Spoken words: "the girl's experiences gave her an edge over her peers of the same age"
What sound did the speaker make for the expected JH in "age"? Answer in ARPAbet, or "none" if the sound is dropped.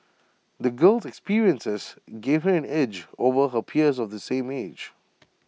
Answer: JH